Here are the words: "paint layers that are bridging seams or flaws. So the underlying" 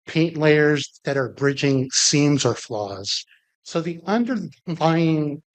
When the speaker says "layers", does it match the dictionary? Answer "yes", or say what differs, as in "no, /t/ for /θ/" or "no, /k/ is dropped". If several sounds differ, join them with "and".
yes